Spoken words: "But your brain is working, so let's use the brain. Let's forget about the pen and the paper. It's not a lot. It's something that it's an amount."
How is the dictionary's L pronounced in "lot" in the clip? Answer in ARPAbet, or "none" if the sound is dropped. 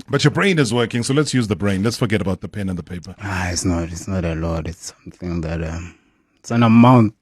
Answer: N